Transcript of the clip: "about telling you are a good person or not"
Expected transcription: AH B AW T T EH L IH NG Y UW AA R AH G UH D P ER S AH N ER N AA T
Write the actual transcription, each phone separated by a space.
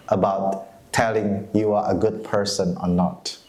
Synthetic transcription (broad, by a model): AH B AW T T EH L IH NG Y UW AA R AH G UH D P ER S AH N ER N AA T